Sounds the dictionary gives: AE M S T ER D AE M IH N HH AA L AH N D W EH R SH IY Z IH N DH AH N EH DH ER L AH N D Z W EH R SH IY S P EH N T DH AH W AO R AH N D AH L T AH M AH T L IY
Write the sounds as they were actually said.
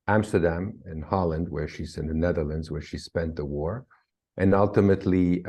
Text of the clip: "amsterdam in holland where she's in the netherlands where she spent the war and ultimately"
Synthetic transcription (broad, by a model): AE M S T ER D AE M IH N HH AA L AH N D W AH R SH IY Z IH N DH AH N EH DH ER L AH N D Z W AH R SH IY S P EH N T DH AH W AO R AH N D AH L T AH M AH T L IY